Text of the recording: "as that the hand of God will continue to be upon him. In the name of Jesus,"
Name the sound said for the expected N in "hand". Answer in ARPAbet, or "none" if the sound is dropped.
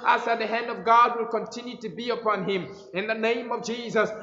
N